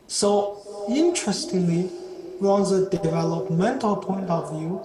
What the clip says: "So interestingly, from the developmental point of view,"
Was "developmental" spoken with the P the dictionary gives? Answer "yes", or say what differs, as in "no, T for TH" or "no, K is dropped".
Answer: yes